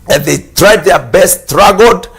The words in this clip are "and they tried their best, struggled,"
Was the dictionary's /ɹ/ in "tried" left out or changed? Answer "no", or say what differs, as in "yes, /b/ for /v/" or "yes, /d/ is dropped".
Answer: no